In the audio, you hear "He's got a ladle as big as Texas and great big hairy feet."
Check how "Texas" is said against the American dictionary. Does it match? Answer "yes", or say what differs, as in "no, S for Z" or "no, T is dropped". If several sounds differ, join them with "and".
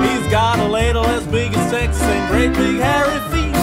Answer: no, S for T and S is dropped